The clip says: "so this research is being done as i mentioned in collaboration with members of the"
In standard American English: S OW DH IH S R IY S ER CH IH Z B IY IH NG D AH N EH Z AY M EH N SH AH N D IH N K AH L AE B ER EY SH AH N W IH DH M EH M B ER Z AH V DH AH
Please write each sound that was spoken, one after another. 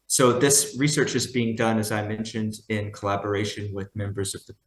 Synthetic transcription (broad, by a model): S OW DH IH S R IY S ER CH IH Z B IY IH NG D AH N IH Z AY M EH N SH AH N D IH N K AH L AE B ER EY SH AH N W IH DH M EH M B ER Z AH V DH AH